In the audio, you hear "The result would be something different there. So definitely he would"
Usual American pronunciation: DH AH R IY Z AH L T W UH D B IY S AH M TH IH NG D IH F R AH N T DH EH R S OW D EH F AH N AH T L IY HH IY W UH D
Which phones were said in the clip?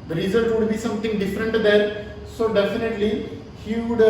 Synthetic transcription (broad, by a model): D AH R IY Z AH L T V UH D B IY S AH M T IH NG D IH F R AH N T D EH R S OW D EH F AH N AH T L IY HH IY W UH D